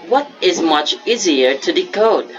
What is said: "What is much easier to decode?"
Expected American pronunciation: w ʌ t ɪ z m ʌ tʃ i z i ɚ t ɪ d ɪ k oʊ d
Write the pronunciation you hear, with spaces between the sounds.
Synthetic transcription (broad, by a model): w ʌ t ɪ z m ʌ tʃ i z i ɚ t ɪ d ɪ k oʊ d